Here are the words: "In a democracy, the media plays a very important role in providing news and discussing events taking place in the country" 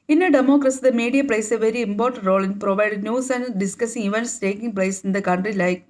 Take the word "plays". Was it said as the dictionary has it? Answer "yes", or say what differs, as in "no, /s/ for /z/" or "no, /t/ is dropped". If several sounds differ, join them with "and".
no, /s/ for /z/